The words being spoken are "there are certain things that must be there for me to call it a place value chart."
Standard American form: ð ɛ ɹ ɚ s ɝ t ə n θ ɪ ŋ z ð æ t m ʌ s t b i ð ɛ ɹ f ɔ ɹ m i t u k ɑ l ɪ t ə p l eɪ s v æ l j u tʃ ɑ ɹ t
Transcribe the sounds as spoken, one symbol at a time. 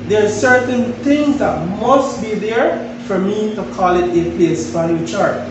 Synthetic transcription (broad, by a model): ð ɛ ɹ s ɝ t ə n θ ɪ ŋ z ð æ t m ʌ s t b i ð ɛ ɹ f ɔ ɹ m i t u k ɑ l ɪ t ə p l eɪ s b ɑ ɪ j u tʃ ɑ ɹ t